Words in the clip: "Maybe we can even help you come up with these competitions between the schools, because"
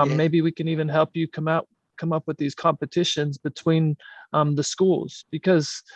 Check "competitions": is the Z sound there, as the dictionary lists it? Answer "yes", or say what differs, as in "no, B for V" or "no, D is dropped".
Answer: yes